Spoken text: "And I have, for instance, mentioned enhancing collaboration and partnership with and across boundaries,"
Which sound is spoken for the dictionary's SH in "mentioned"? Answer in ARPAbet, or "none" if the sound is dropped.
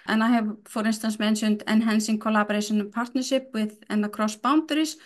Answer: S